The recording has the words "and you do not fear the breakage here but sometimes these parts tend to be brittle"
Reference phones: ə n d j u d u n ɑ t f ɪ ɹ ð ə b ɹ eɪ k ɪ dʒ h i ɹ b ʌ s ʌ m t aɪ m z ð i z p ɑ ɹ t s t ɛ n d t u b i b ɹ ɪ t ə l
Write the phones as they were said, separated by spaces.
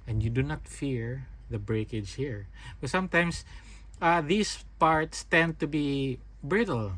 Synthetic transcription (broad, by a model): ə n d j u d u n ɑ t f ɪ ɹ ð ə b ɹ eɪ k ɪ dʒ h i ɹ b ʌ s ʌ m t aɪ m s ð i s p ɑ ɹ t s t ɛ n d t u b i b ɹ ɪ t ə l